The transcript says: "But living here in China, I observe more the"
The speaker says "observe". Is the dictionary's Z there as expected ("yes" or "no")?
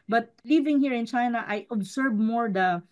no